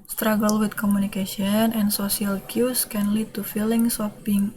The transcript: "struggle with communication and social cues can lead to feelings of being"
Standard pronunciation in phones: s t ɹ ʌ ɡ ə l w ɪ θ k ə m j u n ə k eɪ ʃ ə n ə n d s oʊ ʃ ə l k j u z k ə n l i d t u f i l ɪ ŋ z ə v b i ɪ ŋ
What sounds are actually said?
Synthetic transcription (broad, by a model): s t ɹ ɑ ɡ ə l w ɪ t k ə m u n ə k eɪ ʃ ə n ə n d s oʊ s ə l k j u s k ə n l i d t u f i l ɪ ŋ s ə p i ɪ ŋ